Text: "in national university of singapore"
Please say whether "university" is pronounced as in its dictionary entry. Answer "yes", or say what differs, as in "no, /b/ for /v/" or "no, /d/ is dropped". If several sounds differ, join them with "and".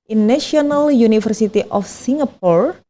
no, /f/ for /v/